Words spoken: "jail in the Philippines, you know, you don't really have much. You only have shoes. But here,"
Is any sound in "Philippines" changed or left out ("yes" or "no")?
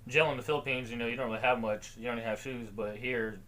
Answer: no